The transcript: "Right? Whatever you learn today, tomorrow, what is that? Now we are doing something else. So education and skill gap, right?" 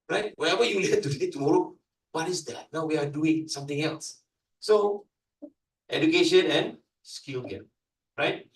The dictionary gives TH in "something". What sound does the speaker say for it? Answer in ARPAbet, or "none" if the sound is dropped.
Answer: T